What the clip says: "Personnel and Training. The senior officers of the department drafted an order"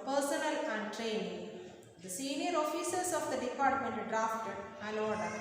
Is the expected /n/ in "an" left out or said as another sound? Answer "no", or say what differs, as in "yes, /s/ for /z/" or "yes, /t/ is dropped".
yes, /l/ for /n/